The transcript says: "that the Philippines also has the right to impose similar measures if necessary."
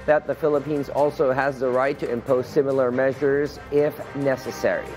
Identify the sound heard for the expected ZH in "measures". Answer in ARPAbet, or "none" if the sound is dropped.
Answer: ZH